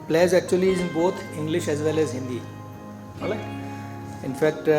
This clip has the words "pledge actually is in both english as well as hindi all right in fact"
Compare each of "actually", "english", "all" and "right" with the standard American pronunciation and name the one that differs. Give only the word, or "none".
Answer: right